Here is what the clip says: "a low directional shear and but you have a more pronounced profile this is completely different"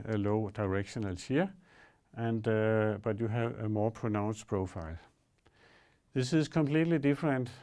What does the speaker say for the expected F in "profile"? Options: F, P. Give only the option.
F